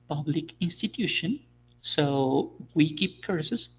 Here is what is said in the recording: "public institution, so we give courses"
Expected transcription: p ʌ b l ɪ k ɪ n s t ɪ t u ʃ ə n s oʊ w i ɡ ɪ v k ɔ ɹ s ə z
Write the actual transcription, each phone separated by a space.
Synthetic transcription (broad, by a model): p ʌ b l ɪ k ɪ n s t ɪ t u ʃ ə n s oʊ w i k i p k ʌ ɹ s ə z